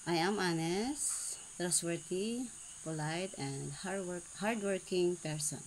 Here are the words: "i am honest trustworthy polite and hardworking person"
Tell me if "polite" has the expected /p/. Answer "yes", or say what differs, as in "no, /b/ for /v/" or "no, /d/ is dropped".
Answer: yes